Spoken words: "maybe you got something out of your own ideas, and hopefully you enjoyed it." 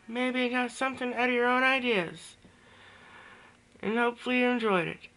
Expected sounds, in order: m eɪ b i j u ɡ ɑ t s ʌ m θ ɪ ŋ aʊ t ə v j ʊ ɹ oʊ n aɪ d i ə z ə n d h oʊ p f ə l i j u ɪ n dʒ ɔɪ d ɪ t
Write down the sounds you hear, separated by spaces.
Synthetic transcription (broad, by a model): m eɪ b i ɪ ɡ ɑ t s ʌ m θ ɪ ŋ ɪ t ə ɹ oʊ n aɪ d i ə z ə n h oʊ p f l i j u ɪ n dʒ ɔɪ d ɪ t